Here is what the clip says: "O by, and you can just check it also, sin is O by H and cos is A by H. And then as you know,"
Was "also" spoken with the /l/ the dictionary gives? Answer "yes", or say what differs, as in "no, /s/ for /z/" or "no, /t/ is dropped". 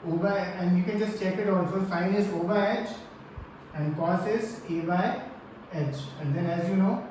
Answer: no, /n/ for /l/